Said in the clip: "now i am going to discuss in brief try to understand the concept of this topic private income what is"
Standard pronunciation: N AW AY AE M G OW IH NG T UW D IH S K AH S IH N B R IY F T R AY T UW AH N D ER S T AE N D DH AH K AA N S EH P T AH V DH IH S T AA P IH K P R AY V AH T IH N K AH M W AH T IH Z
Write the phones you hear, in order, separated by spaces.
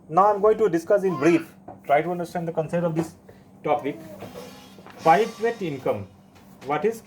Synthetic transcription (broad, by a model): N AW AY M G OW IH NG T UW D IH S K AH S IH N B R IY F T R AY T UW AH N D ER S T AE N D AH K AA N S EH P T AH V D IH S T AA P IH K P AY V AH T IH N K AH M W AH T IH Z